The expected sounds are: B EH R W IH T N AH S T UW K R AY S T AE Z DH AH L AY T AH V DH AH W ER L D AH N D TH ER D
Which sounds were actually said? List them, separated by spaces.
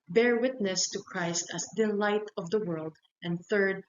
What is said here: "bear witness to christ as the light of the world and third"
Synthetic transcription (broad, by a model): B EH R W IH T N AH S T UW K R AY S T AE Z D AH L AY T AH V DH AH W ER L D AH N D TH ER D